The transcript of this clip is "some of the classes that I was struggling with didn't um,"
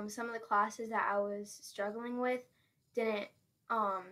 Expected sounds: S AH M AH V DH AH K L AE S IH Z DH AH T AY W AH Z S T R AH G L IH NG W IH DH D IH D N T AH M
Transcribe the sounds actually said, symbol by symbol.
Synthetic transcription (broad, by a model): S AH M AH V DH AH K L AE S IH Z DH AH T AY W AH Z S T R AH G L IH NG W IH DH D IH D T T AH M